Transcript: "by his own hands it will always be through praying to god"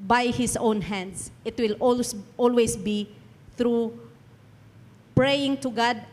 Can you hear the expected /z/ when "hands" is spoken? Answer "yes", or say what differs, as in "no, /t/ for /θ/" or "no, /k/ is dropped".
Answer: no, /s/ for /z/